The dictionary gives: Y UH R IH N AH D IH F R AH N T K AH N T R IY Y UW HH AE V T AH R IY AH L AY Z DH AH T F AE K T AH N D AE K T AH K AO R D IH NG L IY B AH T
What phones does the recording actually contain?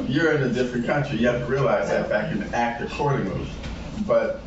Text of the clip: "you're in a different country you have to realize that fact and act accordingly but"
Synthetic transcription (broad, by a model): Y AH R IH N AH D IH F R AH N K AH N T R IY Y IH HH AE V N R IY AH L AY Z DH AH T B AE K AH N AE K T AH K AO R D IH NG IY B AH T